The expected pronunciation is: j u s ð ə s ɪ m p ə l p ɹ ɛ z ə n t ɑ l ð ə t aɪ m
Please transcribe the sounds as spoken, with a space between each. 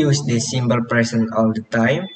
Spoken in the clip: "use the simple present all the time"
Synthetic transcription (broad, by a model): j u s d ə s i m b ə l p ɹ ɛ s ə n ɑ l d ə t aɪ m